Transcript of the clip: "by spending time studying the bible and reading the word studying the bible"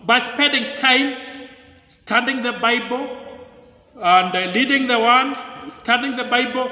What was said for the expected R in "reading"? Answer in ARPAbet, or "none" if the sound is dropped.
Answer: L